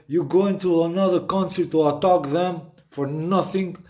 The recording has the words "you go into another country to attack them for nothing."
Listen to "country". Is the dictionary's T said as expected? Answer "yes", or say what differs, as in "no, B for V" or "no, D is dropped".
no, S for T